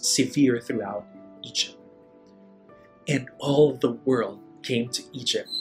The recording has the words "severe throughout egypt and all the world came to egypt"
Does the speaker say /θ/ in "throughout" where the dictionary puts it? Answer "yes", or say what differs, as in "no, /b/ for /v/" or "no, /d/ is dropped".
yes